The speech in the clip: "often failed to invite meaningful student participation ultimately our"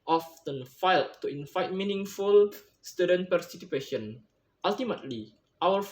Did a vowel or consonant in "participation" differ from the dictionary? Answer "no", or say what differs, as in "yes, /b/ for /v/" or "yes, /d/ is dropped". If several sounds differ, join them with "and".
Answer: yes, /s/ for /t/